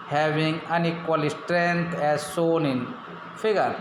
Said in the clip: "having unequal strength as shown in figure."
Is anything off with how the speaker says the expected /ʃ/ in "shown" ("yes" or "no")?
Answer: yes